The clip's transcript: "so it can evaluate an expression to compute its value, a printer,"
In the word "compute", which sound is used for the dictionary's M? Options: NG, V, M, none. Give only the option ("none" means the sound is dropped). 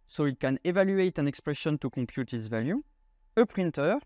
none